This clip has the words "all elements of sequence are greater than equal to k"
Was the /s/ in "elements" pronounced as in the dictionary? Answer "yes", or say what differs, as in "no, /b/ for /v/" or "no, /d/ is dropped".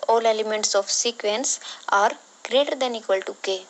yes